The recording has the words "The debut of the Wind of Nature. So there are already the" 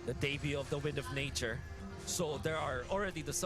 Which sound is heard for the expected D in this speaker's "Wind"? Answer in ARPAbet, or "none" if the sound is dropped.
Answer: D